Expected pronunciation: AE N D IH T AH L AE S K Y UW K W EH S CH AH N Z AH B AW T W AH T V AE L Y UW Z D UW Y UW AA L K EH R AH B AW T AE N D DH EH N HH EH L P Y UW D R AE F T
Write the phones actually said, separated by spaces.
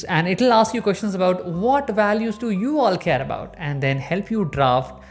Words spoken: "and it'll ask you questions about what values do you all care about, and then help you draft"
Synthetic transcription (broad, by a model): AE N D IH T AH L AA S K Y UW K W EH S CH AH N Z AH B AW T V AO T V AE L Y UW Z D UW Y UW AA L K EH R AH B AW T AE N D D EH N HH EH L P Y UW D R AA F T